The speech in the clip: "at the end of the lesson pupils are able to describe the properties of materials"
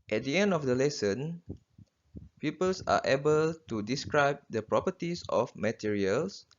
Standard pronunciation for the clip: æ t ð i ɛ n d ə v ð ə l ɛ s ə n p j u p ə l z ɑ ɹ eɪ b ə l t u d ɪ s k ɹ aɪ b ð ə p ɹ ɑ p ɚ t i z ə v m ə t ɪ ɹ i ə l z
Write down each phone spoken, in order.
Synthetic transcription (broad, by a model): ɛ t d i ɛ n d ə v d ə l ɛ s ə n p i p ə l s ɑ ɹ eɪ b ə l t u d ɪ s k ɹ aɪ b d ə p ɹ ɑ p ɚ t i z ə f m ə t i ɹ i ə l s